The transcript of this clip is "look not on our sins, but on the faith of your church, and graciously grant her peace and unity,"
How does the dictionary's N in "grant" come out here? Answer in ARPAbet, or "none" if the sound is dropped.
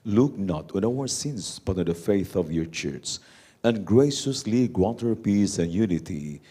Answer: none